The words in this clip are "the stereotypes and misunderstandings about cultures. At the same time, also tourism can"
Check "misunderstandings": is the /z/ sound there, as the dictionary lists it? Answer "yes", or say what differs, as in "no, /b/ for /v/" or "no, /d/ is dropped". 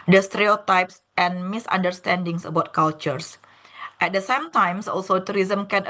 no, /s/ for /z/